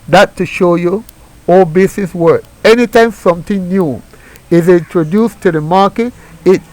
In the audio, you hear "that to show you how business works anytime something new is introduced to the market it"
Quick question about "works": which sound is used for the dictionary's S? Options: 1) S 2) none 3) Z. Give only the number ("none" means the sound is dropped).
2